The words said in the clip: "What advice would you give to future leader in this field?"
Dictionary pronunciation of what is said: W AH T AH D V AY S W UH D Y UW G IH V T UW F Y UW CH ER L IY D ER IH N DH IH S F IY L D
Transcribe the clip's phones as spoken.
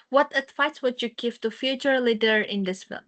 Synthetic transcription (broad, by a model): W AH T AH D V AY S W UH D Y UW G IH V T UW F Y UW CH ER L IY D ER IH N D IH S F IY